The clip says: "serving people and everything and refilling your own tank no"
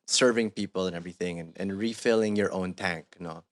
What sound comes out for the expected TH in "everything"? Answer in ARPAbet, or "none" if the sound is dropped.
TH